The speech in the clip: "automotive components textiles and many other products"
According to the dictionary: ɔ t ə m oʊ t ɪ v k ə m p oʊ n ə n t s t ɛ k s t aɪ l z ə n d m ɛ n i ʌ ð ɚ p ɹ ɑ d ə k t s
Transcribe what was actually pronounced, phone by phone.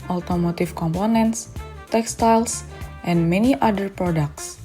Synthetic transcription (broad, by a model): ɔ t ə m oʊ t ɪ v k ə m p oʊ n ə n t s t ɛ k s t aɪ l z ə n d m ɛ n i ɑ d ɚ p ɹ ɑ d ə k t s